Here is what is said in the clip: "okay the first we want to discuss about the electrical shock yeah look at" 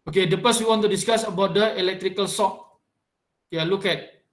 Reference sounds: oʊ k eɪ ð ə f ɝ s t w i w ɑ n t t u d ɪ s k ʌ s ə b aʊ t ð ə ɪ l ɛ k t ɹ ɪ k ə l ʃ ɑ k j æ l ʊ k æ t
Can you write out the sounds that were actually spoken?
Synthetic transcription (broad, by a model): oʊ k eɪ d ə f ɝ s w i w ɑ n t t u d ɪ s k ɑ s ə b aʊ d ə ɪ l ɛ k t ɹ ɪ k ə l s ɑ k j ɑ l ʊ k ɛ t